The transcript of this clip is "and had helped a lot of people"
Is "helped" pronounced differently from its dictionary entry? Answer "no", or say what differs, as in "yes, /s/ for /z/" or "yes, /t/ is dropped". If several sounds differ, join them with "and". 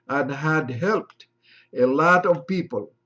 no